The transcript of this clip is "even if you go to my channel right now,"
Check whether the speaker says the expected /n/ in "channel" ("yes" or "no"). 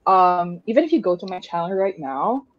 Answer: no